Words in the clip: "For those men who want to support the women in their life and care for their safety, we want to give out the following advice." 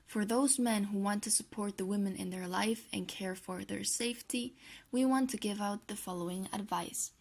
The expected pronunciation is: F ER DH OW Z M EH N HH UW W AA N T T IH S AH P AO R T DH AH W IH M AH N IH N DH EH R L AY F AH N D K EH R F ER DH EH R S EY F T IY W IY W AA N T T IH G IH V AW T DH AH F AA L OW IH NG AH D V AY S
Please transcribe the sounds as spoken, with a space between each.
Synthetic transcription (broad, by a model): F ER DH OW Z M EH N HH UW W AA N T T IH S AH P AO R T DH AH W IH M AH N IH N DH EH R L AY F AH N K EH R F ER DH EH R S EY F T IY W IY W AA N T T IH G IH V AW T DH AH F AA L OW IH NG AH D V AY S